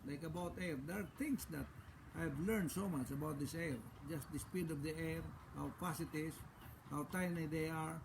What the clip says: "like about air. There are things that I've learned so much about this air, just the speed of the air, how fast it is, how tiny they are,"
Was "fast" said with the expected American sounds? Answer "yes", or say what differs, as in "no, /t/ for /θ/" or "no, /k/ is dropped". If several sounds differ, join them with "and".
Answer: no, /t/ is dropped